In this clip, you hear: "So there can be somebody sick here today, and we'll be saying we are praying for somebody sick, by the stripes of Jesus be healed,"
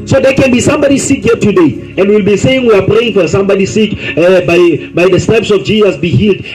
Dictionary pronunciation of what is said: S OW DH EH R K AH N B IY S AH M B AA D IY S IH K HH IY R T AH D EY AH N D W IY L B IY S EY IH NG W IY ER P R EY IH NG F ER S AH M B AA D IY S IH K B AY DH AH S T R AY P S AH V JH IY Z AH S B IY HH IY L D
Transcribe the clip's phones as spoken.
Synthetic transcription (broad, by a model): S OW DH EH K AH N B IY S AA M B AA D IY S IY K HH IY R T AH D EY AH N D W IY L B IY S EY IH NG W IY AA P R EY IH NG F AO S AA M B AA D IY S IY K B AY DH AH S T EH P S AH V JH IY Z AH S B IY HH IY L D